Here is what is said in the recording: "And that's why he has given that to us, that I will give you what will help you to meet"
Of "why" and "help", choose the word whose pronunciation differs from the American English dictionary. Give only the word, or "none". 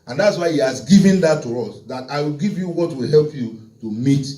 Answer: none